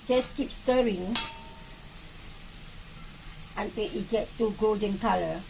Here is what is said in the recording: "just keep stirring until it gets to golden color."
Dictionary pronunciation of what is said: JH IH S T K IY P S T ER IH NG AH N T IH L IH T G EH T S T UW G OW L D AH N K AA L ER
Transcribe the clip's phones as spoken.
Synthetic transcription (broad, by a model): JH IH S K IY P S T ER IH NG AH N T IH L IH T G EH T S T UW G OW L D AH N K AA L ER